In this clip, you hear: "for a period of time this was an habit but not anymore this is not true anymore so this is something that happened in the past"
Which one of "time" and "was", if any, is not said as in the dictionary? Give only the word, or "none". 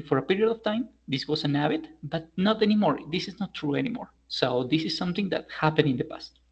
was